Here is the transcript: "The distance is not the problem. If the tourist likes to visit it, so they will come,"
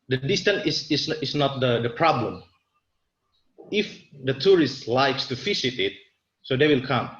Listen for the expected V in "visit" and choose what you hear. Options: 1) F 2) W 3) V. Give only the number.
1